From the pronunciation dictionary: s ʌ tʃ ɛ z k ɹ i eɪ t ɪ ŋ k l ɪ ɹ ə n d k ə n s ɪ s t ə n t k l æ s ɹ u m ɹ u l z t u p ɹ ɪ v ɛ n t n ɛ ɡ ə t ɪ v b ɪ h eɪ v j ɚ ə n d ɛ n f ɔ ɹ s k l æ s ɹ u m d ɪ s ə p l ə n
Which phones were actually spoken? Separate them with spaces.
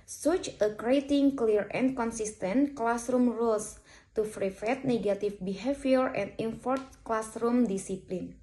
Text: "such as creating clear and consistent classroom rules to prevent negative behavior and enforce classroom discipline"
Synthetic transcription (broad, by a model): s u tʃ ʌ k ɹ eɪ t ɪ ŋ k l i ɹ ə n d k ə n s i s t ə n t k l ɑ s ɹ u m ɹ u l s t u f ɹ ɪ f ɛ t n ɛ ɡ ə t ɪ f b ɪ h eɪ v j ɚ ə n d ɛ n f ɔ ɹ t k l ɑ s ɹ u m d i s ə p l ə n